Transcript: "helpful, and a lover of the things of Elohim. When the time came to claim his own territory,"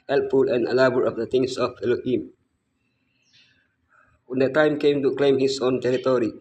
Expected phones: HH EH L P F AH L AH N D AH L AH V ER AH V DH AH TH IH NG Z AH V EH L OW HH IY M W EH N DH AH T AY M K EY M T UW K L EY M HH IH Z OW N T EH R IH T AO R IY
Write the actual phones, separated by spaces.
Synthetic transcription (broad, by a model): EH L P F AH L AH N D AH L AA B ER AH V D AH T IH NG S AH F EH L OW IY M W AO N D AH T AY M K EY M T UW K L EY M HH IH S OW N T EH R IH T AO R IY